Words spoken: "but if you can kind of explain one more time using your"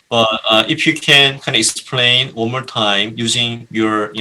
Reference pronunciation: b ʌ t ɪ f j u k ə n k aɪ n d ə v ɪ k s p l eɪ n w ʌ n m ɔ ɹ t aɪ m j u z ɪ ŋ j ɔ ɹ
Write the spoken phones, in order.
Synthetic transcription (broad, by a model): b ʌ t ɪ f j u k ə n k aɪ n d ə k s p l eɪ n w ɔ l m ɔ ɹ t aɪ m j u z ɪ ŋ j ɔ ɹ